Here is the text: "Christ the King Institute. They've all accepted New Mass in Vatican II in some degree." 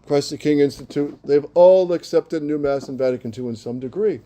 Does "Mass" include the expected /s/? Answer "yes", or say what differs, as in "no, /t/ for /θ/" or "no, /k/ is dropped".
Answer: yes